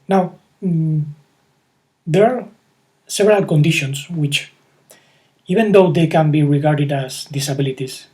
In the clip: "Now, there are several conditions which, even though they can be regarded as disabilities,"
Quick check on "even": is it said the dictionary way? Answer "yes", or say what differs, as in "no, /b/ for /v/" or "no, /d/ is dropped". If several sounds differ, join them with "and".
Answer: no, /b/ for /v/